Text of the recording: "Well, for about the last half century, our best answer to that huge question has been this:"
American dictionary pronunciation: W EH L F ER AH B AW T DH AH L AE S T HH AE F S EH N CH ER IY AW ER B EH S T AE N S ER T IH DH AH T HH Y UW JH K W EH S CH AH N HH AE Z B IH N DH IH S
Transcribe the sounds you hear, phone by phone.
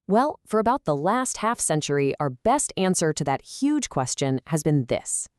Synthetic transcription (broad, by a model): W EH L F ER AH B AW T DH AH L AE S T HH AE F S EH N CH ER IY AW ER B EH S T AE N S ER T IH DH AH T HH Y UW JH K W EH S CH AH N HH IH Z B IH N DH IH S